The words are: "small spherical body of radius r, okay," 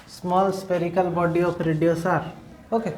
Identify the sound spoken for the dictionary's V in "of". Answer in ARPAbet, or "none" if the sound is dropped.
P